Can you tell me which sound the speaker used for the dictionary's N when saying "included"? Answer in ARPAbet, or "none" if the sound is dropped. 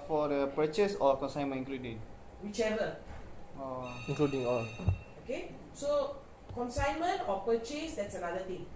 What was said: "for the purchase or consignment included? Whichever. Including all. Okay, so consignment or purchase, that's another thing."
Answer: none